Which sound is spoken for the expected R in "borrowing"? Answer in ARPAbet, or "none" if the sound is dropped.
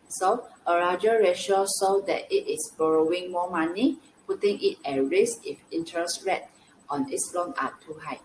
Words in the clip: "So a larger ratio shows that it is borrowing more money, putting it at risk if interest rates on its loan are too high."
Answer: R